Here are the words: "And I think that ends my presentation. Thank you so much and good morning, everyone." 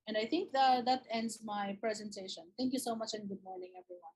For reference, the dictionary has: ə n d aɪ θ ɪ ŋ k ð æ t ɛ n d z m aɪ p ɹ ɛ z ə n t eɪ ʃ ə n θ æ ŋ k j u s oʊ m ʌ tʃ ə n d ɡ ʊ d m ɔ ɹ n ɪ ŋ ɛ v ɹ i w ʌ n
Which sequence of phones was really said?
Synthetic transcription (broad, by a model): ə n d aɪ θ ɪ ŋ k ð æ t ɛ n d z m aɪ p ɹ ɛ z ə n t eɪ ʃ ə n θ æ ŋ k j u s oʊ m ʌ tʃ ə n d ɡ ʊ d m ɔ ɹ n ɪ ŋ ɛ v ɹ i w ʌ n